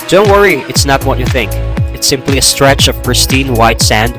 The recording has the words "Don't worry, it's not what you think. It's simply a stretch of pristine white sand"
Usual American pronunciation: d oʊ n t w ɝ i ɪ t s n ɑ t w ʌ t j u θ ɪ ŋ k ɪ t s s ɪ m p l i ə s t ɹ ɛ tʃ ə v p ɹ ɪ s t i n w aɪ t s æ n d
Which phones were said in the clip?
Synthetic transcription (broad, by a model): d oʊ n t w ɝ i ɪ t s n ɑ t w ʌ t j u θ ɪ ŋ k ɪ t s s ɪ m p l i ə s t ɹ ɛ tʃ ə v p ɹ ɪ s t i n w aɪ t s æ n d